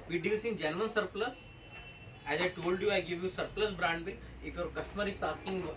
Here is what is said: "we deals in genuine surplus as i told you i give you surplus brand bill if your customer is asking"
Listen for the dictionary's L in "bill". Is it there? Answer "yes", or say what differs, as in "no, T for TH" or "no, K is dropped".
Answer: no, N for L